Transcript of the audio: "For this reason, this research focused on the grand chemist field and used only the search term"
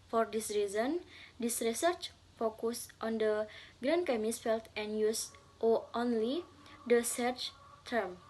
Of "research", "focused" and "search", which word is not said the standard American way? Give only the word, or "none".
none